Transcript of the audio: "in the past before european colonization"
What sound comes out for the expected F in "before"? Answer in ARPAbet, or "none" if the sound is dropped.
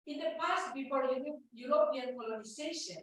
P